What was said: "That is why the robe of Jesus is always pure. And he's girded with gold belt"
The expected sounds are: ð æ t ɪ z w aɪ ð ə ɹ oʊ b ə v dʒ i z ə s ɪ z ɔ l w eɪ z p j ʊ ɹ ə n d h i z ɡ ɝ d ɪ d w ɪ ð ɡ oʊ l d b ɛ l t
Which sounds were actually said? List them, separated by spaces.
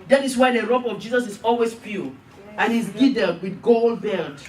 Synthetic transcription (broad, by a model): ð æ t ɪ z w aɪ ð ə ɹ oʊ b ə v dʒ i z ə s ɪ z ɔ l w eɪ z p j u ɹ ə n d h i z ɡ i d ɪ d w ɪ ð ɡ oʊ l d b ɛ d